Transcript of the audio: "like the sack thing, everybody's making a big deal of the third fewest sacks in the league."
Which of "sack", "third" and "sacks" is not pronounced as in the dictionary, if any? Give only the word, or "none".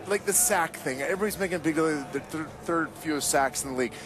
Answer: none